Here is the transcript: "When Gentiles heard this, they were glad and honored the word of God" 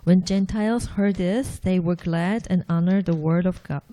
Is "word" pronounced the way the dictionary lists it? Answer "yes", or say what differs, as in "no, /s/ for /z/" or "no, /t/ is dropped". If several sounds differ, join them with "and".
yes